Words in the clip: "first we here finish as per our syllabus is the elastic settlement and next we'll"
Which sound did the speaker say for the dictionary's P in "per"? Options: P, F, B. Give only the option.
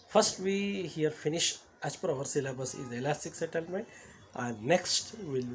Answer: P